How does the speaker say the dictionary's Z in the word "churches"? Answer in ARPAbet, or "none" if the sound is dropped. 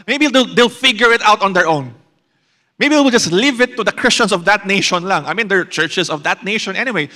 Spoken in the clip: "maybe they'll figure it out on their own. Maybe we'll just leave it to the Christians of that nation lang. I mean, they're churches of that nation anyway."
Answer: S